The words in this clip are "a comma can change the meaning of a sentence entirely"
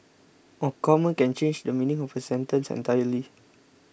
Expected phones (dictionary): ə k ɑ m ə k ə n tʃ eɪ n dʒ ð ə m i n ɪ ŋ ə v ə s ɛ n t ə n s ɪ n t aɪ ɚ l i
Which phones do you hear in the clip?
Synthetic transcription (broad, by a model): ə k ɑ m ə k ə n tʃ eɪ n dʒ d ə m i n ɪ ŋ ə p ə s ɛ n t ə n s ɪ n t aɪ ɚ l i